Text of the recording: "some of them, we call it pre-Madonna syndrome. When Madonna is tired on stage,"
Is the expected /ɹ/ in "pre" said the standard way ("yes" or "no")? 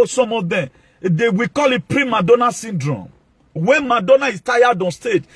yes